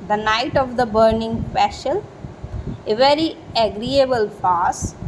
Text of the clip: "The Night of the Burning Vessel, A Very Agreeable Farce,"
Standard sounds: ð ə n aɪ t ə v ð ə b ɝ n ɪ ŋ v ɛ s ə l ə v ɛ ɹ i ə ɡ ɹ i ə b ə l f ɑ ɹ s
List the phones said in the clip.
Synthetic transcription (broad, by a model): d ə n aɪ t ə v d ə b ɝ n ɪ ŋ p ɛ ʃ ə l ə v ɛ ɹ i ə ɡ ɹ i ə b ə l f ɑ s